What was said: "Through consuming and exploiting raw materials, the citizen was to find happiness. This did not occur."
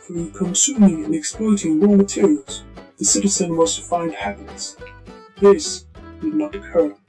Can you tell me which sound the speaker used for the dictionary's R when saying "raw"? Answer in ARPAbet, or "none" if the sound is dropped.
W